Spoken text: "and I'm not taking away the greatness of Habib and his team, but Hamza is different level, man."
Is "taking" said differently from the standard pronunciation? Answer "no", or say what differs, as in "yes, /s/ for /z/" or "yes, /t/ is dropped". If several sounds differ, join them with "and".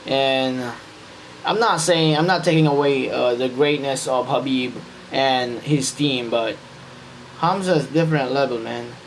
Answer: yes, /s/ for /t/